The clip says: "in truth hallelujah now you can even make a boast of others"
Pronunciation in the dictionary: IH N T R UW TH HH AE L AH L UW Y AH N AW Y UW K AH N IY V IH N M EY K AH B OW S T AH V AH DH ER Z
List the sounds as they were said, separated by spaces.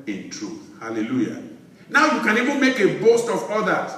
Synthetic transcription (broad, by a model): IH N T R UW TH HH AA L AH L UW Y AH N AW Y UW K AH N IY V IH N M EY K AH B OW S T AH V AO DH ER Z